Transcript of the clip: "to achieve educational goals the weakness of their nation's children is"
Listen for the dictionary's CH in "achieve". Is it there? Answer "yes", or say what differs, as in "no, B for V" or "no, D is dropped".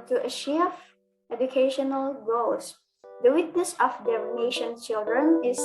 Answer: no, SH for CH